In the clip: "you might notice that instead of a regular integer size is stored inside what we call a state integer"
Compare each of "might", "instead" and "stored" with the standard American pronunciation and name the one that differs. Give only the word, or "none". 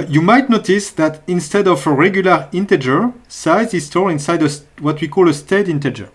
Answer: stored